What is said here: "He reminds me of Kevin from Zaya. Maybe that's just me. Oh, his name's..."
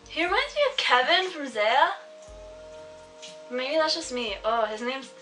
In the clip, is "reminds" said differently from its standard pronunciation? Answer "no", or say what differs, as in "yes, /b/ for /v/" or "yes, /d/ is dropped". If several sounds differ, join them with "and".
yes, /w/ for /ɹ/